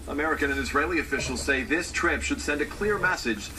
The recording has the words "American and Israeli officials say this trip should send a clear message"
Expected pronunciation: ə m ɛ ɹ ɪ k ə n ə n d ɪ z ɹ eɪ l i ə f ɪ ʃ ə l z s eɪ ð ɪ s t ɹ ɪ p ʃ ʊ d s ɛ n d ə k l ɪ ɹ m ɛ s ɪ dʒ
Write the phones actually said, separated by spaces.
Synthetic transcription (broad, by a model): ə m ɛ ɹ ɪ k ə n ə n ɪ z ɹ eɪ l i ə f ɪ ʃ l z s eɪ ð ɪ s t ɹ ɪ p ʃ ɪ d s ɛ n d ə k l ɪ ɹ m ɛ s ɪ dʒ